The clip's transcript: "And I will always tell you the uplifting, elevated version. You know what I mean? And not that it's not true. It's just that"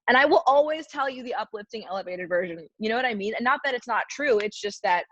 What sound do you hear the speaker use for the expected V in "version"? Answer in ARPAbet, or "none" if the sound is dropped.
V